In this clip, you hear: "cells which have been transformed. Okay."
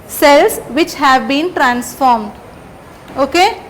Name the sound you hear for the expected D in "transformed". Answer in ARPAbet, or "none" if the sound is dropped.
D